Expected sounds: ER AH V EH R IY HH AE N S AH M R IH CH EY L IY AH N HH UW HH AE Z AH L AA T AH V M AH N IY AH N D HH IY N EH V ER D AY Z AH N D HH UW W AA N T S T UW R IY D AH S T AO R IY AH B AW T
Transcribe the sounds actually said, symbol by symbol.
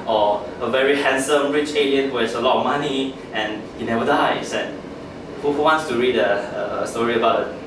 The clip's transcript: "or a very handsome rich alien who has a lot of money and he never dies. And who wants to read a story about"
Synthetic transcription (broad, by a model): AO AH V EH R IY HH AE N S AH M R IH CH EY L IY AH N HH UW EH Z AH L AA T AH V M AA N IY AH N HH IY N EH V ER D AY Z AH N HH HH UW W AA N T S T UW R IY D AH S T AO R IY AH B AW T